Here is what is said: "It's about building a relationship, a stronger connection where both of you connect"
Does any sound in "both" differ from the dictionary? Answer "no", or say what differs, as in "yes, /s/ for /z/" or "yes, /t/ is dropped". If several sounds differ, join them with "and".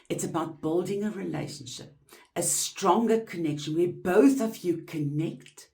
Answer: no